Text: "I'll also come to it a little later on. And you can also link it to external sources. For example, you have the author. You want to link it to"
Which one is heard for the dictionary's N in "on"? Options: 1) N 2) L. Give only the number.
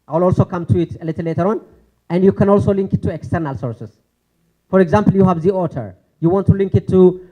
1